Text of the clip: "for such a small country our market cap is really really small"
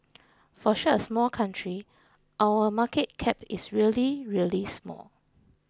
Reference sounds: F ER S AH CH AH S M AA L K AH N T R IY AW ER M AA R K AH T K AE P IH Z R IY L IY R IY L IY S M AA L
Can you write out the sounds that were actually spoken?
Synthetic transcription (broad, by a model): F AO SH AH AH S M AA L K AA N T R IY AW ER M AA K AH T K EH P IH S R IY L IY R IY L IY S M AA L